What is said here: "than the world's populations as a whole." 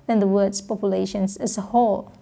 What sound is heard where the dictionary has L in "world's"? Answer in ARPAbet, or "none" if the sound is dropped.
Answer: none